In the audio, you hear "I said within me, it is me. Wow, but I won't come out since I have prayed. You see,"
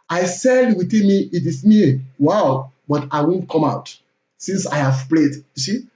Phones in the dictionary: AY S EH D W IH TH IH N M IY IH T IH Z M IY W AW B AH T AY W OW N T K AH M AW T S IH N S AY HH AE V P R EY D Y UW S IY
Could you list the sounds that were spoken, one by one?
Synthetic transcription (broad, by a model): AY S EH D W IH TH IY N M IY IH T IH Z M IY W AW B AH T AY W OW N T K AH M AW T S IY N S AY HH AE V P L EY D Y UW S IY